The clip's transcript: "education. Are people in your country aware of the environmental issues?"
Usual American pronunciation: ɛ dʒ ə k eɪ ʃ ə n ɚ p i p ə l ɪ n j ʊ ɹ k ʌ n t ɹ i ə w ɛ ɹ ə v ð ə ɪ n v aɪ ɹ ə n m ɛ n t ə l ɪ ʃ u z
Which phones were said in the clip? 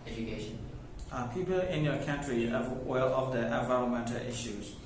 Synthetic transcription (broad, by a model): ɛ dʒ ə k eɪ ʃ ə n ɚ p i p ə l ɪ n j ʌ k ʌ n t ɹ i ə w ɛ l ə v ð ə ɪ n v aɪ ɹ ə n m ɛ n t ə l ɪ ʃ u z